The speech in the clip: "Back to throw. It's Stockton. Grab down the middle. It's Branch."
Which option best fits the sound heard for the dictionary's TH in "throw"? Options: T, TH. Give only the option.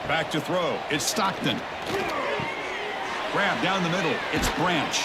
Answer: TH